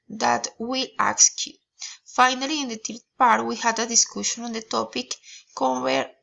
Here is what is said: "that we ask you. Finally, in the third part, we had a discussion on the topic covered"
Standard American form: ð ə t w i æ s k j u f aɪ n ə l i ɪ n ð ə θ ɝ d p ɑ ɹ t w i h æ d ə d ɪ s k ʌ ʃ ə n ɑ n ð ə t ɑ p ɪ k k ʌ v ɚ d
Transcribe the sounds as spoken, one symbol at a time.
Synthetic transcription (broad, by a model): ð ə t w i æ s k j u f aɪ n ə l i ɪ n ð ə t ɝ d p ɑ ɹ t w i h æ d ə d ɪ s k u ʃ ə n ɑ n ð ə t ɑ p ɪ k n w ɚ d